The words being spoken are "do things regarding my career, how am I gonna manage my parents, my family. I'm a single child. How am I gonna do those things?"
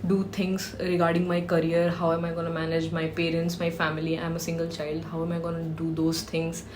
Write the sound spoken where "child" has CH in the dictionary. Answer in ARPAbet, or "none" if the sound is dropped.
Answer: CH